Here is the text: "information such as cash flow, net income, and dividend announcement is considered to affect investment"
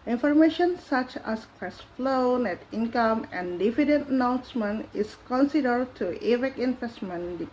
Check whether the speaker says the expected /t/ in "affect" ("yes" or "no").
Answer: no